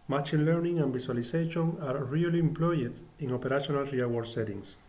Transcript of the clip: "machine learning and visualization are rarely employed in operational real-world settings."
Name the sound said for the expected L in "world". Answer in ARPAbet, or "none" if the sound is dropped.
none